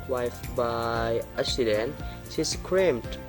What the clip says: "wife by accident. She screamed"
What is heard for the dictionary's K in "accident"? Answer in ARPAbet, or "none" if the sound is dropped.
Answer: none